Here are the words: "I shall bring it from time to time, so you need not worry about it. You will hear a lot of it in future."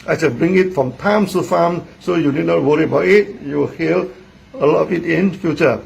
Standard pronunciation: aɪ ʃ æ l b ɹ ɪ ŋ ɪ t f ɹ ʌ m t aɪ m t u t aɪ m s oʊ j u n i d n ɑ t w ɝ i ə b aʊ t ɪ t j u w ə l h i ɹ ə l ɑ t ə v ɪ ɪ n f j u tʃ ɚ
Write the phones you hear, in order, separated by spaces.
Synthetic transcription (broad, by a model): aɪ s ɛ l b ɹ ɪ ŋ ɪ t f ɹ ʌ m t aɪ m s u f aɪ m s oʊ j u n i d n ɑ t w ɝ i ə b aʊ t ɪ t j u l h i l ə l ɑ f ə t ɪ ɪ n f j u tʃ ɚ